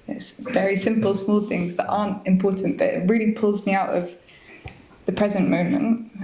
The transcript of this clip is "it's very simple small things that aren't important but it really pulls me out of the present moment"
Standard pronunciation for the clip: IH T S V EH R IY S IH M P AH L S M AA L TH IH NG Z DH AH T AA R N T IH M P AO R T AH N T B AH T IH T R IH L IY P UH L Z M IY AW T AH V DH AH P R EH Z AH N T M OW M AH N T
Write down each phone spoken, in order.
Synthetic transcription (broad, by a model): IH T S V EH R IY S IH M P AH L S M AA L TH IH NG Z DH AH T AA N T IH M P AO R T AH N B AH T IH T R IH L IY P UH L Z M IY AW T AH V DH AH P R EH Z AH N M OW M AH N T